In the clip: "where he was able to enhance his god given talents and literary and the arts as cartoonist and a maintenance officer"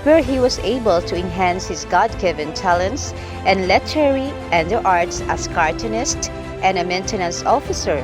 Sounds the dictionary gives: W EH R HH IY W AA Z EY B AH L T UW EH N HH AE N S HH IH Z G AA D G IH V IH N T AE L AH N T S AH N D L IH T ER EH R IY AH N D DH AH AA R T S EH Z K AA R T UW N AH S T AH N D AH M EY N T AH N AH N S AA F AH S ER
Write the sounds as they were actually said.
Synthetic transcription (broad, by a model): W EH R HH IY W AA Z EY B AH L T UW EH N HH AE N S HH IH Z G AA D G IH V IH N T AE L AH N T S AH N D L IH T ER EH R IY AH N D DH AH AA R T S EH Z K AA R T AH N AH S T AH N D AH M EY N T AH N AH N S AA F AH S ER